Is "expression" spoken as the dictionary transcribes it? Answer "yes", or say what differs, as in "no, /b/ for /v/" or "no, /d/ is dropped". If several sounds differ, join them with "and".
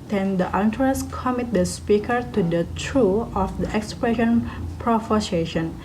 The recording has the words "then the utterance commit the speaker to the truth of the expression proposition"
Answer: yes